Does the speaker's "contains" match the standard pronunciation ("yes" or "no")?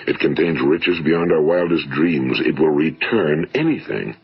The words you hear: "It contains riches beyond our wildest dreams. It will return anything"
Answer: yes